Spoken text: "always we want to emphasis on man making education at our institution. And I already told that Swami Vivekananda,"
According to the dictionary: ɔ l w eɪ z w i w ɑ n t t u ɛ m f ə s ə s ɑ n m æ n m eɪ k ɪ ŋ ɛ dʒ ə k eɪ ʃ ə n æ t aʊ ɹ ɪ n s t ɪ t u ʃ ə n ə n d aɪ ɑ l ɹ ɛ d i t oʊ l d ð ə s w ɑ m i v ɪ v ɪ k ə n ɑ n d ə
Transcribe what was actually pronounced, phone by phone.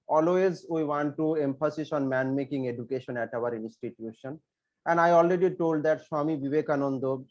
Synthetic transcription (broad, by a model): ɔ l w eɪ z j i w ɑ n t t u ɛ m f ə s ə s ɑ n m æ n m eɪ k ɪ ŋ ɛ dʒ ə k eɪ ʃ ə n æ t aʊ ɹ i n s t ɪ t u ʃ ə n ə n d aɪ ɑ l ɹ ɛ d i t oʊ l d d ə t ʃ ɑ m i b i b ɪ k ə n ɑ n d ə